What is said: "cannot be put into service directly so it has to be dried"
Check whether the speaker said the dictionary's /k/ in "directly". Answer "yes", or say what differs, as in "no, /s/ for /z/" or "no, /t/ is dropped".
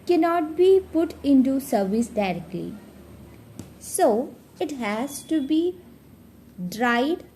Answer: yes